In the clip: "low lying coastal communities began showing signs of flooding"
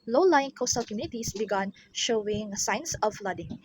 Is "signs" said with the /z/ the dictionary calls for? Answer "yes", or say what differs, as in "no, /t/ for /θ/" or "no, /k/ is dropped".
no, /s/ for /z/